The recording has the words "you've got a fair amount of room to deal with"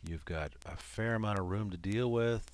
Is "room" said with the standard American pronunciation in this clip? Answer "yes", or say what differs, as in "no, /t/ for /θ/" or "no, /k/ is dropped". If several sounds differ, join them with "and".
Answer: yes